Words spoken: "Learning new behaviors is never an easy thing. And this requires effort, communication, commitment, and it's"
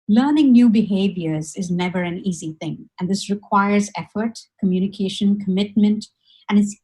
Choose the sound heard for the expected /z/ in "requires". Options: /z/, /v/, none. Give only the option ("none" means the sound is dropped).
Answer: /z/